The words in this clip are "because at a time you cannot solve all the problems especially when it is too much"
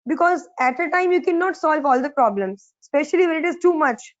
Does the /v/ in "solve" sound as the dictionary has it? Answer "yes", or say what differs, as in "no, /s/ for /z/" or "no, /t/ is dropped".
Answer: yes